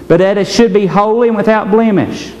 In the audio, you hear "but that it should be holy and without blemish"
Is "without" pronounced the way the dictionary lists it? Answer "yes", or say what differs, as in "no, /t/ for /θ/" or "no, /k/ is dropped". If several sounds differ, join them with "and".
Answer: yes